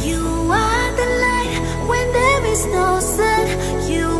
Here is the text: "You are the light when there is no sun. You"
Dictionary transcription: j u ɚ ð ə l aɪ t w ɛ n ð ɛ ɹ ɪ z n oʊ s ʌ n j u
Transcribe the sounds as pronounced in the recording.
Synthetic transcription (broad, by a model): j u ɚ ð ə l aɪ t w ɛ n ð ɛ ɹ ɪ z n oʊ s ʌ n j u